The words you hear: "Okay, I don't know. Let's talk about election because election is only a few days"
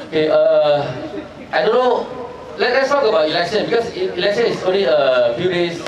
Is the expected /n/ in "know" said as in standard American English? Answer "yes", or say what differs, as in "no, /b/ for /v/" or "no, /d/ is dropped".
no, /l/ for /n/